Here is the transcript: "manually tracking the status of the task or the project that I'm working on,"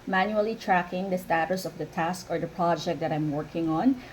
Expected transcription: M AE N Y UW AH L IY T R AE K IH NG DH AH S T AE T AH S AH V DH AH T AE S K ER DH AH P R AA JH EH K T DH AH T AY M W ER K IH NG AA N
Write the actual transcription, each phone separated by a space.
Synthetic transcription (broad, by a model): M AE N Y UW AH L IY T R AE K IH NG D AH S T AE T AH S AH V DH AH T AE S K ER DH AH P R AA JH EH K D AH T AY M W ER K IH NG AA N